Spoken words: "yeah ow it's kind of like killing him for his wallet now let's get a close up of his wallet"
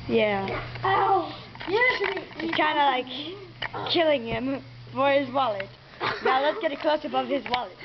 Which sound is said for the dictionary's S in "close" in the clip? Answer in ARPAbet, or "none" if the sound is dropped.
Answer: S